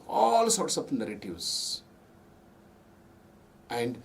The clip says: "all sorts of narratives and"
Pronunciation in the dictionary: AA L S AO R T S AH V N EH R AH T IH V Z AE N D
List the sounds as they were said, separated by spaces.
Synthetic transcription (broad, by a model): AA L S AO R T S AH P N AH R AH T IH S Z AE N D